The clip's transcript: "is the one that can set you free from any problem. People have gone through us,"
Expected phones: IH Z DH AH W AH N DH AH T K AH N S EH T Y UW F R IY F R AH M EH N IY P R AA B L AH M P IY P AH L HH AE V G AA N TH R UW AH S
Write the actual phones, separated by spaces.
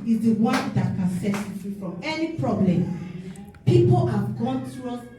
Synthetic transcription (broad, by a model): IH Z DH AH W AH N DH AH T K AH N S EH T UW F IY F R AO M EH N IY P R AA B L AH M P IY P AH L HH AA V G AA N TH R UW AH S